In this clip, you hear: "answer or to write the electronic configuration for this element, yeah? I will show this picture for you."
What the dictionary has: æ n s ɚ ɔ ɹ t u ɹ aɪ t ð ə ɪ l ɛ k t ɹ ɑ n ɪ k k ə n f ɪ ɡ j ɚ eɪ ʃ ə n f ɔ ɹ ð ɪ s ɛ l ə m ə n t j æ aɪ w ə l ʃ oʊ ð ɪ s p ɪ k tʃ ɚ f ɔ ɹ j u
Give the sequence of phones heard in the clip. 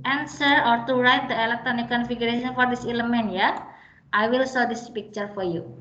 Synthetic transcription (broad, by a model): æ n s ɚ ɔ ɹ t u ɹ aɪ t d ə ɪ l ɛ k t ɹ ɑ n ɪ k k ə n f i ɡ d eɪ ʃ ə n f ɔ ɹ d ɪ s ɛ l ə m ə n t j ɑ aɪ w ə l s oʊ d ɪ s p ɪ k tʃ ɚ f ɔ ɹ j u